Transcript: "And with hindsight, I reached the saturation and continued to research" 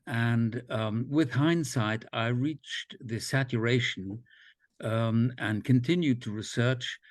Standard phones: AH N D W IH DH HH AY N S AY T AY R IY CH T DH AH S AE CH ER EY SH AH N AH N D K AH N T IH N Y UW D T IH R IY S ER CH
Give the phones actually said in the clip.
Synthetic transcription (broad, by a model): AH N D W IH DH HH AY N S AY T AY R IY CH DH AH S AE CH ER EY SH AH N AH N K AH N T IH N Y UW D T IH R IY S ER CH